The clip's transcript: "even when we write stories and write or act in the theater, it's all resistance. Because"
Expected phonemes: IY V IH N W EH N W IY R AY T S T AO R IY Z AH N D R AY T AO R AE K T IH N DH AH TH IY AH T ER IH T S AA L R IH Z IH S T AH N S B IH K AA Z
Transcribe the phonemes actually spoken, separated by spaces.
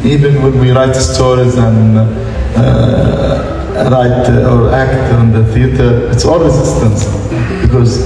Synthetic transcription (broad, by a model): IY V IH N W EH N W IY R AY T S T AO R IY Z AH N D R AY T AO R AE K T IH N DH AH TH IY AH T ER IH T S AA L W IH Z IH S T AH N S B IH K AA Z